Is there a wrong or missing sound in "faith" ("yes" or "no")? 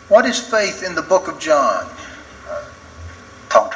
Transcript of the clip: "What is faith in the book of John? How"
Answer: no